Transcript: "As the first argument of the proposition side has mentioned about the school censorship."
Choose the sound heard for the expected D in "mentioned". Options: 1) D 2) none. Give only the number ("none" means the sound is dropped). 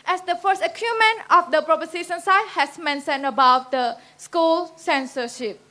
2